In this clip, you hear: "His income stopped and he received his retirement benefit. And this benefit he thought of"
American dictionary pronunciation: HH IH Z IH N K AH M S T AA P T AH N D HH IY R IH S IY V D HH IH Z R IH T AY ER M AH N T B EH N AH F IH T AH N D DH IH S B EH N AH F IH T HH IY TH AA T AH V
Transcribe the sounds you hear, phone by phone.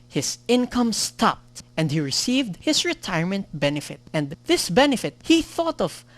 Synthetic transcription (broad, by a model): HH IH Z IH N K AH M S T AA P T AH N D HH IY R IH S IY V D HH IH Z R IH T AY ER M AH N T B EH N AH F IH T AH N D DH IH S B EH N AH F IH T HH IY TH AA T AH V